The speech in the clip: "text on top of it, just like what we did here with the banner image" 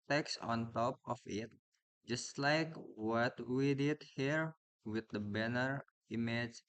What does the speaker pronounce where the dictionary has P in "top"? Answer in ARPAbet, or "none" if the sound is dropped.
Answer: P